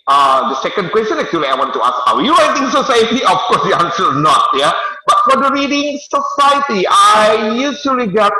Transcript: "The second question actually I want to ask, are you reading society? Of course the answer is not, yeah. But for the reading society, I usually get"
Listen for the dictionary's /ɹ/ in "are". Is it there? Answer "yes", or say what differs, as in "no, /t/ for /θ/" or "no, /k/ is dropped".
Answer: no, /w/ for /ɹ/